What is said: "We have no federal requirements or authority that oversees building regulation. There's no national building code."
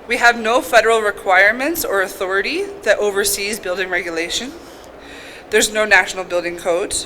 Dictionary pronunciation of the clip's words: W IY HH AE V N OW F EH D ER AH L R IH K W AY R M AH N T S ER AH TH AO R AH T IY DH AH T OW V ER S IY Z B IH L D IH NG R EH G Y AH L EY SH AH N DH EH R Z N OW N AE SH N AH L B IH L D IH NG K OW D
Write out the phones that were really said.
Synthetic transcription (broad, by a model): W IY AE V N OW F EH D ER L R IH K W AY R M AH N T S ER AH TH AO R AH T IY DH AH T OW V ER S IY Z B IH L D IH NG R EH G Y AH L EY SH AH N DH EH R Z N OW N AE SH N L B IH L D IH NG K OW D